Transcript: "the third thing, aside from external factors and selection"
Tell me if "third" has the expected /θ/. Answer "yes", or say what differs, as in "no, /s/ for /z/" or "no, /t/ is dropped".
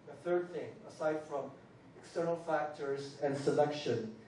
yes